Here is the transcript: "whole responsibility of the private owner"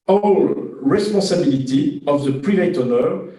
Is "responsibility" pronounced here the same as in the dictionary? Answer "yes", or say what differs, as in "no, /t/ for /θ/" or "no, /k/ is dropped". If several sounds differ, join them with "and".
no, /n/ is dropped